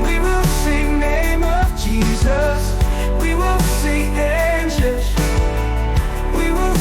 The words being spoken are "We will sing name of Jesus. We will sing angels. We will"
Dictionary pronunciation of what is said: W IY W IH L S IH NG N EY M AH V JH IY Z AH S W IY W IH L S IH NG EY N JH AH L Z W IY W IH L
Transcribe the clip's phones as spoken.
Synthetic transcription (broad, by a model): W IY W IH L S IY N EY M AH V JH IY Z AH S W IY W IH L S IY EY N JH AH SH W IY W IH L